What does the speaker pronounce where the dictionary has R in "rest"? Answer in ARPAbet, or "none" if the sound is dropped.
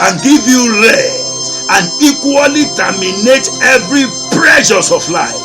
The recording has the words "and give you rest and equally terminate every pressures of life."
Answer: L